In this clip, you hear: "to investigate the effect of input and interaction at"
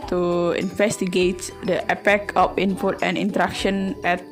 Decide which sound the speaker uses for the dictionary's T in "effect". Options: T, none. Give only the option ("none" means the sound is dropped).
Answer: none